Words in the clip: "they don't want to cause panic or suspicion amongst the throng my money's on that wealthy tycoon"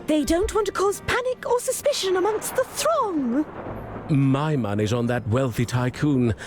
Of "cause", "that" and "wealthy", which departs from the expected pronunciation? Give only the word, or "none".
none